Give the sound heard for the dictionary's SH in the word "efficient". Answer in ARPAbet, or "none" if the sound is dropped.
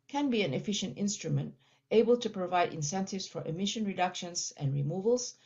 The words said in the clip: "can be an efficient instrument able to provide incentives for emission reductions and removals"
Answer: SH